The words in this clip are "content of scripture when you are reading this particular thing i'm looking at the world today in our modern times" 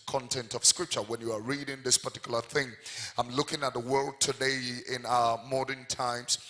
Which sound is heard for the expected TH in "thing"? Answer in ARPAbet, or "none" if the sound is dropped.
TH